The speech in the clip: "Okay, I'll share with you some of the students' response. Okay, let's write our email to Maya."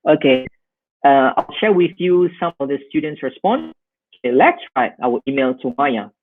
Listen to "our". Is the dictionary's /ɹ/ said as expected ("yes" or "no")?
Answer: no